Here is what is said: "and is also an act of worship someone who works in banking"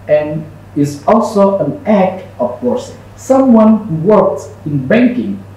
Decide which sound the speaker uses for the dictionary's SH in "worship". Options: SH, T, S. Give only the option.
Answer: S